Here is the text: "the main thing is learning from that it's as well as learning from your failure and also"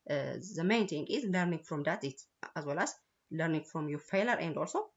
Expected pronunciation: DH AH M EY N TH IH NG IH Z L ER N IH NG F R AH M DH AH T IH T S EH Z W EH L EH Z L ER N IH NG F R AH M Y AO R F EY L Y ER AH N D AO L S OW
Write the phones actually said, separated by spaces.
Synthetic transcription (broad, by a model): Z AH M EY N T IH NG IH Z L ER N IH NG F R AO M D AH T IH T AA Z W EH L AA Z L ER N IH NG F R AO M Y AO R F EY L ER AH N D AO L S OW